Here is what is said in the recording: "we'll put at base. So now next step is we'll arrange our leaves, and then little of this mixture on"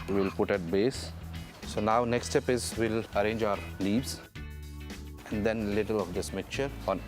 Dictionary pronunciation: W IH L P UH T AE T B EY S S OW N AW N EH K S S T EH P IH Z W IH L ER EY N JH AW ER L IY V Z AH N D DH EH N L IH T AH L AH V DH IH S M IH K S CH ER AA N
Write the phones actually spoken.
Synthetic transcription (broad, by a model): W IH L P UH T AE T B EY S S OW N AW N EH K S S T EH P IH Z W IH L ER EY N JH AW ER L IY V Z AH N D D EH N L IH T AH L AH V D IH S M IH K CH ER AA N